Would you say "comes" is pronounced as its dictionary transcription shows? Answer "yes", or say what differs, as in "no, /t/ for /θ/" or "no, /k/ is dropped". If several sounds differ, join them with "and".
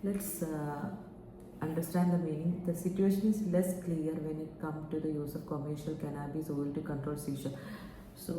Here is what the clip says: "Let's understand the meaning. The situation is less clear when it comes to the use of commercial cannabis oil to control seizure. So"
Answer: no, /z/ is dropped